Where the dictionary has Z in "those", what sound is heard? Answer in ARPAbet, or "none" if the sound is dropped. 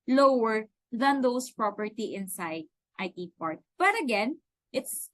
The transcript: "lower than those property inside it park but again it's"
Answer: S